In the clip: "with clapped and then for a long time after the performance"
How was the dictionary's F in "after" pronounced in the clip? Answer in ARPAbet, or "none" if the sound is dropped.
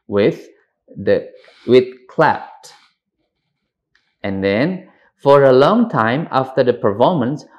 F